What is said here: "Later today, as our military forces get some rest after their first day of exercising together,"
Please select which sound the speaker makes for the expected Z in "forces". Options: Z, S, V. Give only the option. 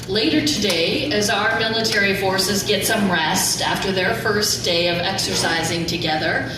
Z